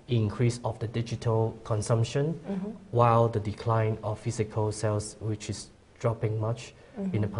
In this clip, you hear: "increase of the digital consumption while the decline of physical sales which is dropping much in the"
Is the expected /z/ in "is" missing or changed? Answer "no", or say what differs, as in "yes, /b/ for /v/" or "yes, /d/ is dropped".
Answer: yes, /s/ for /z/